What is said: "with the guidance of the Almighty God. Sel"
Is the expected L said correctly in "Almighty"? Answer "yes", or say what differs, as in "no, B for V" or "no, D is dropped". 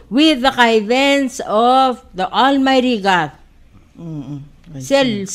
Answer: yes